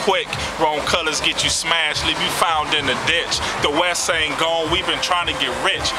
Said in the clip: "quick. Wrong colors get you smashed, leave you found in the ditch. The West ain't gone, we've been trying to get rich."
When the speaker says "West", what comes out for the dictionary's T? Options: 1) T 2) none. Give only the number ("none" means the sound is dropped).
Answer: 2